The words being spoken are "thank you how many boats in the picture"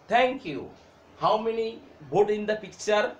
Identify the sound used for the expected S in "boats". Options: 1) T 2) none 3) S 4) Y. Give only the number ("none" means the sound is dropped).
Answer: 2